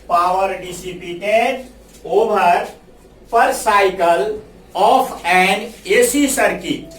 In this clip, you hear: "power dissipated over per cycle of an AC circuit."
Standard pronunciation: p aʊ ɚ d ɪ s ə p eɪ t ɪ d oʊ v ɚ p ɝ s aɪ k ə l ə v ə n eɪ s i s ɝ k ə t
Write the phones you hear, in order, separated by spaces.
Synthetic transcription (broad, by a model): p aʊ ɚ d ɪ s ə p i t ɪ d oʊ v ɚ p ɝ s aɪ k ə l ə p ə n eɪ s i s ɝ k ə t